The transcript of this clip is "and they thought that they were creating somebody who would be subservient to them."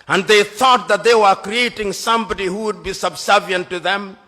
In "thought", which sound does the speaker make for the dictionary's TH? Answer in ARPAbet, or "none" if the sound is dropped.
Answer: TH